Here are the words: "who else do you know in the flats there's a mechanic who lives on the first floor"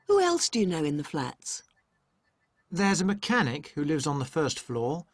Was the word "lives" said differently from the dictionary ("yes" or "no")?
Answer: no